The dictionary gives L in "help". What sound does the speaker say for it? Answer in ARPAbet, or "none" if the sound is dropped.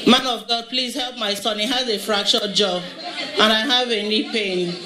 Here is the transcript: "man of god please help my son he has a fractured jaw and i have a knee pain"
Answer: L